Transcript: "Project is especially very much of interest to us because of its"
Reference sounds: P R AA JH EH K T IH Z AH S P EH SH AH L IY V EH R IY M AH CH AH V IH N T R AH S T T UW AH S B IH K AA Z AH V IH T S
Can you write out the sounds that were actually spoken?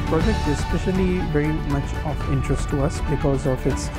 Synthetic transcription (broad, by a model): P R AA JH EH K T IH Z S P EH SH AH L IY V EH R IY M AH CH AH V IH N T R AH S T T UW AH S B IH K AA Z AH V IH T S